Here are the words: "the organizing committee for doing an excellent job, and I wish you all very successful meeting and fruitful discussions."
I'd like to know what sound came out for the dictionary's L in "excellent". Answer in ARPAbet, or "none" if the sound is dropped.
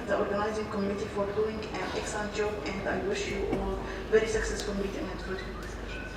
none